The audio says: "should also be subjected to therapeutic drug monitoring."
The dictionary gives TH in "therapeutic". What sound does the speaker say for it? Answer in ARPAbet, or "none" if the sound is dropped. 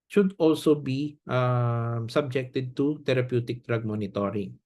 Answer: T